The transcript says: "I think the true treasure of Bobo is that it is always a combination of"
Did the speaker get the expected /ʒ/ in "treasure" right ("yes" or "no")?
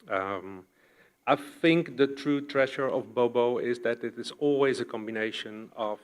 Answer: no